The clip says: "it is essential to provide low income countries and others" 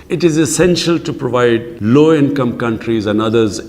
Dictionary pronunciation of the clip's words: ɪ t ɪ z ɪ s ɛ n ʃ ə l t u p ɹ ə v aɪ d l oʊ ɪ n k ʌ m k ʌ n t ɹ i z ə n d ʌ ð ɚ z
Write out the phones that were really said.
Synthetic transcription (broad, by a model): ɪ t ɪ z ɪ s ɛ n ʃ ə l t u p ɹ ə v aɪ d l oʊ ɪ n k ʌ m k ʌ n t ɹ i z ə n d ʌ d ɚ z